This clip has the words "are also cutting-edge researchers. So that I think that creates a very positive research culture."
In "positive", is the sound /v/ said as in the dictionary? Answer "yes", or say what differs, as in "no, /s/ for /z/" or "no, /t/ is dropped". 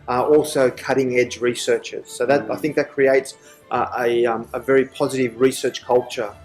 yes